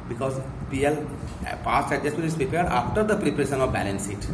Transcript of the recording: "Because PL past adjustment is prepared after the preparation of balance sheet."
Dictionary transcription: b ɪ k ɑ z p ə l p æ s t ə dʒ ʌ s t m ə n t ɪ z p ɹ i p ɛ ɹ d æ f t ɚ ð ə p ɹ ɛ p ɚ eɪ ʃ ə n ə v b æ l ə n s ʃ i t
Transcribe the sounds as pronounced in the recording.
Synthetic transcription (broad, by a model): b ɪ k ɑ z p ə l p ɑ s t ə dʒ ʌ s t ə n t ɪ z p ɹ i p ɛ ɹ d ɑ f t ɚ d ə p ɹ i p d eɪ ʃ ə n ə v b æ l ə n s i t